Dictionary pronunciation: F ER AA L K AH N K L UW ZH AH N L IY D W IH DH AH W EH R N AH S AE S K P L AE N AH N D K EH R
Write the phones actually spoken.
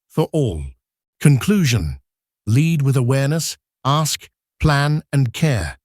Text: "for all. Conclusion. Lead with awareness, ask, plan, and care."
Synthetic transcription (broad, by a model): F ER AA L K AH N K L UW ZH AH N L IY D W IH DH AH W EH R N AH S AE S K P L AE N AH N K EH R